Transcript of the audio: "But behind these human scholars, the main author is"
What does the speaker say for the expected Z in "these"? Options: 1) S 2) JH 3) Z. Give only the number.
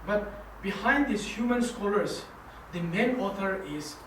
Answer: 1